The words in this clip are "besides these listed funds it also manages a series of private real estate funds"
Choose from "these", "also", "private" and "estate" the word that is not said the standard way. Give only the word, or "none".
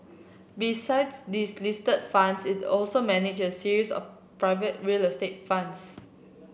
these